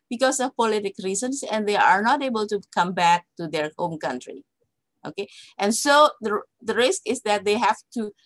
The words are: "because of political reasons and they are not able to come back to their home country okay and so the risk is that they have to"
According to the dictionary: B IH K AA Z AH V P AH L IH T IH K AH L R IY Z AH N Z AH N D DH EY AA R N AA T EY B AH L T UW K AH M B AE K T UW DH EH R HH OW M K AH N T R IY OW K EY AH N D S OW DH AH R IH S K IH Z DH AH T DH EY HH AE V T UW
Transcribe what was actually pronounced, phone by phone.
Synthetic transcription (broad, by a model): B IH K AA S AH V P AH L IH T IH K R IY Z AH N S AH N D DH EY AA R N AA T EY B AH L T UW K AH M B AE K T UW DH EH R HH OW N K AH N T R IY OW K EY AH N S OW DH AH R IH S K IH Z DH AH T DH EY HH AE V T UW